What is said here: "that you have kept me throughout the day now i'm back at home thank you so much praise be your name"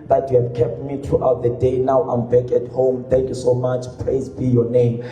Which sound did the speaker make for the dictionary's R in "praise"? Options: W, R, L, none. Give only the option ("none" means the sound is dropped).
L